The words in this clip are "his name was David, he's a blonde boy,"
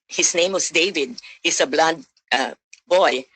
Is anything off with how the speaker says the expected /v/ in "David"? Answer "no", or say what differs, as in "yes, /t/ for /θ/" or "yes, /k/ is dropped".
no